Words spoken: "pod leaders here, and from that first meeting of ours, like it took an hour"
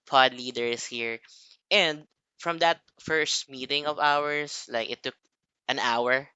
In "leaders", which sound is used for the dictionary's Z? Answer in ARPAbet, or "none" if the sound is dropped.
S